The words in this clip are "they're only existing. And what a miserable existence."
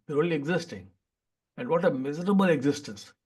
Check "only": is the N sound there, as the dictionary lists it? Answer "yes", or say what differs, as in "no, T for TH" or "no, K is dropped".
no, N is dropped